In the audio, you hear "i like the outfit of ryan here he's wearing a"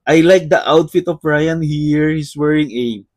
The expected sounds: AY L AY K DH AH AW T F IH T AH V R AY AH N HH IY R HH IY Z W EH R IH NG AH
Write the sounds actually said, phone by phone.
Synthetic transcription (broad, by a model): AY L AY K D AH AW T F IH T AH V R AY AH N HH IY R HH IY S W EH R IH NG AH